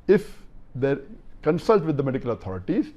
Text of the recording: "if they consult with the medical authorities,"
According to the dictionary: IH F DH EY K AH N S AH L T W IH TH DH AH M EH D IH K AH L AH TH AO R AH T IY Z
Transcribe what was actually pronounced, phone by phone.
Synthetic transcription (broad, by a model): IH F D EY K AH N S AH L T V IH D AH M EH D IH K AH L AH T AO R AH T IY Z